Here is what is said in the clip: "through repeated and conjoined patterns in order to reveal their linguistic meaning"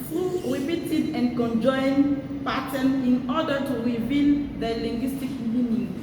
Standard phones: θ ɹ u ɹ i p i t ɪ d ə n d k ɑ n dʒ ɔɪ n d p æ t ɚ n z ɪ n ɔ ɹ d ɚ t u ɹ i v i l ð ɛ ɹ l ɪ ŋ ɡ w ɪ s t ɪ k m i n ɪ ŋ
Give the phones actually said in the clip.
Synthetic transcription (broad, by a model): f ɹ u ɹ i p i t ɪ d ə n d k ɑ n dʒ ɔɪ n p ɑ t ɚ n ɪ n ɔ d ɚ t u ɹ i v i l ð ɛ l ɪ ŋ ɡ w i s t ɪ k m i n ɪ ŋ